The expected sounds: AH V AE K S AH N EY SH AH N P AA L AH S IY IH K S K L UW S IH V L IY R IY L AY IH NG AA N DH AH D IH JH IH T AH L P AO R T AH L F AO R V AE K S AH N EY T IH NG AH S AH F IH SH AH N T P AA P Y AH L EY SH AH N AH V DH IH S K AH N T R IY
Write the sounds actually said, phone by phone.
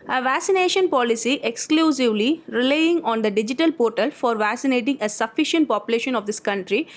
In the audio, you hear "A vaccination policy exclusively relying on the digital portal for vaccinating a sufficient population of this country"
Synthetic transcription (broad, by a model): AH V AE K S AH N EY SH AH N P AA L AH S IY IH K S K L UW S IH V L IY R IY L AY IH NG AA N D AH D IH JH IH T AH L P AO R T AH L F AO R V AE K S AH N EY T IH NG AH S AH F IH SH AH N T P AA P Y AH L EY SH AH N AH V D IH S K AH N T R IY